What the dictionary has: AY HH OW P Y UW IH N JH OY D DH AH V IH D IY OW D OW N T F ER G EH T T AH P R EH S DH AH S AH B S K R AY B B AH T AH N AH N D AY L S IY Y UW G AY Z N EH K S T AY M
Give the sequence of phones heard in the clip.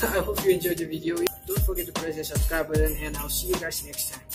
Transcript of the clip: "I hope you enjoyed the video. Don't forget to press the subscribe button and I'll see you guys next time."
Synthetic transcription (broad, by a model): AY HH OW P Y UW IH N JH OY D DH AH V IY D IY OW D OW N T F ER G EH T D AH P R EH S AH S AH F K AY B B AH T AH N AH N AY L S IY Y UW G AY S N EH K S T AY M